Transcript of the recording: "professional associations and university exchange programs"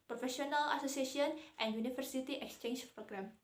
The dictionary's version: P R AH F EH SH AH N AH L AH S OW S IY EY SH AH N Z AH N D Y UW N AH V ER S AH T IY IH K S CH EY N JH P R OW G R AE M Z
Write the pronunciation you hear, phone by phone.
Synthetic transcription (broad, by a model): P R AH F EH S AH N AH L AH S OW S IY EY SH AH N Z AH N D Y UW N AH F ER S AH T IY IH K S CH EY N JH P R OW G R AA M